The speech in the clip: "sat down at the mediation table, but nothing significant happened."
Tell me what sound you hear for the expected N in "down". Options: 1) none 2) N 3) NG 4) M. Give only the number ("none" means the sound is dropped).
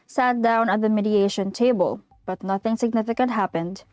2